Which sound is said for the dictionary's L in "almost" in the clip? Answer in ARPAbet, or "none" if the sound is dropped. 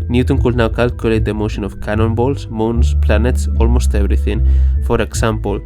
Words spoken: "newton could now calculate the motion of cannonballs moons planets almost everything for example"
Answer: L